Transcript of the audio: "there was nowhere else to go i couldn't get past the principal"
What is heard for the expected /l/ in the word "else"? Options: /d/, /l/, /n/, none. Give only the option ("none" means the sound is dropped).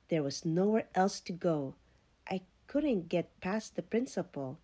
/l/